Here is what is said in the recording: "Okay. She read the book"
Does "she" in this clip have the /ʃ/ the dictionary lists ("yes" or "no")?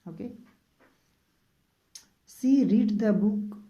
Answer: no